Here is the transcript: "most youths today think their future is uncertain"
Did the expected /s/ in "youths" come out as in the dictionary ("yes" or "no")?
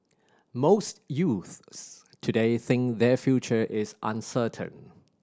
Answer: yes